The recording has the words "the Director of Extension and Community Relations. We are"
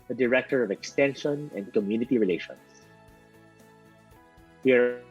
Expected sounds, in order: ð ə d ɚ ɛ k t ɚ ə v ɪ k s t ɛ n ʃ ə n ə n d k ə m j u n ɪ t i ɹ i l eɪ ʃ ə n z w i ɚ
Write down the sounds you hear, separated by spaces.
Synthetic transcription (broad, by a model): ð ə d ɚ ɛ k t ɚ ə v ɪ k s t ɛ n ʃ ə n ə n d k ə m j u n ɪ t i ɹ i l eɪ ʃ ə n s w i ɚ